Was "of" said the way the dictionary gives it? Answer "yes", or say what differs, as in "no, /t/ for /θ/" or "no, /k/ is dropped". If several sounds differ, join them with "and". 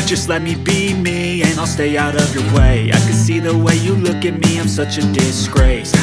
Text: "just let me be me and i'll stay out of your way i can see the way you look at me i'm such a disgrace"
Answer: yes